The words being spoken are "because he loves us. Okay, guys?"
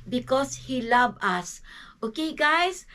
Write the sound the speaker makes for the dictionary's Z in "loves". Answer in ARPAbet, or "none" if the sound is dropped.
none